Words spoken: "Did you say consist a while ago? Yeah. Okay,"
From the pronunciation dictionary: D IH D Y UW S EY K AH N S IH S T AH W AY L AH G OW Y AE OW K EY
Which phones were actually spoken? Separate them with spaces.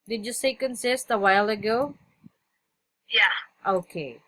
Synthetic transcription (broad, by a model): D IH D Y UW S EY K AH N S IH S T AH W AY L AH G OW Y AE OW K EY